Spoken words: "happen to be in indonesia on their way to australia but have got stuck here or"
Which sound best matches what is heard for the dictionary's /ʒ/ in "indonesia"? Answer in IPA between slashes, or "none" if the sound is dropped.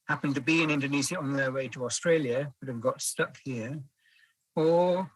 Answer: /z/